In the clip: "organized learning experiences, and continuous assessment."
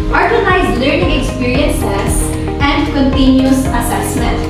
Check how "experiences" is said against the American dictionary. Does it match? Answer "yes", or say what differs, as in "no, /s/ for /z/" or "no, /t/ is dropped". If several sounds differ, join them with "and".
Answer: no, /s/ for /z/